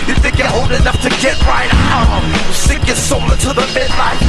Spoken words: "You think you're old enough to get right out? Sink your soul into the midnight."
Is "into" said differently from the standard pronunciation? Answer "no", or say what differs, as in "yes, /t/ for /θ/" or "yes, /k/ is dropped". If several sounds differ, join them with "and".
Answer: yes, /n/ is dropped